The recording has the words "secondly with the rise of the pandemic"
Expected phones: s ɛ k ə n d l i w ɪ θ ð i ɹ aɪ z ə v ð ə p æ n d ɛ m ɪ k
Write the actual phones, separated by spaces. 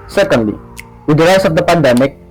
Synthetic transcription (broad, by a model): s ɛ k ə n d l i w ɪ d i l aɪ s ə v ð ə p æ n d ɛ m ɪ k